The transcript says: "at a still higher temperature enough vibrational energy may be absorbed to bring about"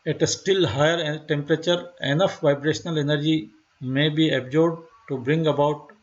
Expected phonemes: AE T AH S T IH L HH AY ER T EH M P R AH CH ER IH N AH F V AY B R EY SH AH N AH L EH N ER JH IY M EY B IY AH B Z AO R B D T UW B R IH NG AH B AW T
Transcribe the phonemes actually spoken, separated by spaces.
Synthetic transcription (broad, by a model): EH T AH S T IH L HH AY ER T EH M P R AH CH ER IH N AH F V AY B R EY SH AH N AH L EH N ER JH IY M EY B IY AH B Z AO R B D T UW B R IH NG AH B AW T